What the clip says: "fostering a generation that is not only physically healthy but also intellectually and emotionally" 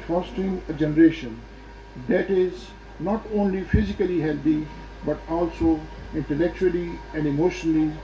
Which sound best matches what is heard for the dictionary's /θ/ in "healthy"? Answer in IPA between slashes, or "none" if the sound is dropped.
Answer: /t/